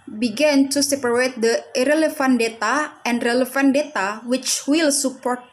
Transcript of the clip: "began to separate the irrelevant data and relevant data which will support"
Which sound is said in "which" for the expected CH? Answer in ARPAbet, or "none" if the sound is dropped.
CH